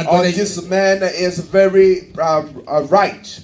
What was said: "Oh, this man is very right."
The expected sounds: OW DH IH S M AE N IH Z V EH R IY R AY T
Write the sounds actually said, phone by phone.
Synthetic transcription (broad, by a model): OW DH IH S M AE N IH Z V EH R IY R AY T